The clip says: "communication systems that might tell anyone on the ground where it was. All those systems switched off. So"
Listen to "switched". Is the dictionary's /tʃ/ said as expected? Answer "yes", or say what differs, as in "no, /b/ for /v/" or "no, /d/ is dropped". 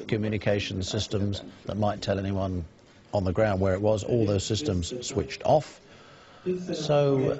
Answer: yes